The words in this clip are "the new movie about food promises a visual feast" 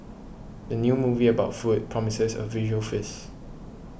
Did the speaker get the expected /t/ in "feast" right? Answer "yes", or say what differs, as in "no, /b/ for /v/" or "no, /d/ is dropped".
no, /t/ is dropped